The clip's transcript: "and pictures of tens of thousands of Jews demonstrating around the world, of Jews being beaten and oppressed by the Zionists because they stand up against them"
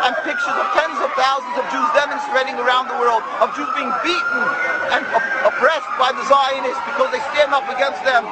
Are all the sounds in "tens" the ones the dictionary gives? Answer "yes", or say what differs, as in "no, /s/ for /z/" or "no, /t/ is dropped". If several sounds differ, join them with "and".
yes